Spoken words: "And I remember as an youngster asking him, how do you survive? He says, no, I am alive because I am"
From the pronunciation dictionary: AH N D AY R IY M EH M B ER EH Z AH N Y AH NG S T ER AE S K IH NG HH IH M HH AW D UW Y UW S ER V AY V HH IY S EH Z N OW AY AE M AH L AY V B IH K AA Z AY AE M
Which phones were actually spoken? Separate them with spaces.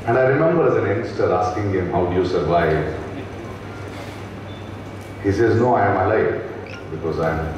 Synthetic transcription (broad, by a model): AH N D AY R IY M EH M B ER EH Z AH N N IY S T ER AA S K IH NG HH IH M HH AW D UW Y UW S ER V AY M HH IY S EH Z N OW AY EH M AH L AY F B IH K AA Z AY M